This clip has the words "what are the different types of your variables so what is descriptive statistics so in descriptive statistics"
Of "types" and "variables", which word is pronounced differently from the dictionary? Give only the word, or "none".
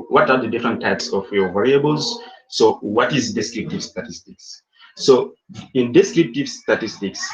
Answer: none